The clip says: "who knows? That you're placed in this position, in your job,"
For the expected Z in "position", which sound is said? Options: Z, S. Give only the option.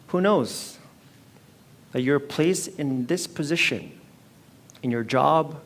Z